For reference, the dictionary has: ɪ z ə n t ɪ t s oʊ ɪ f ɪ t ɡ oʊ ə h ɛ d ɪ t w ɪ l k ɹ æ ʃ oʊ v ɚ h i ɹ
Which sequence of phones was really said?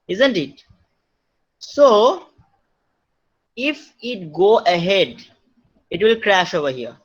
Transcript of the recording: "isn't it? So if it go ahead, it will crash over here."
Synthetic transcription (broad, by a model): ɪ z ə n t ɪ t s oʊ ɪ f ɪ t ɡ oʊ ə h ɛ d ɪ t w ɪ l k ɹ æ ʃ oʊ v ɚ h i ɹ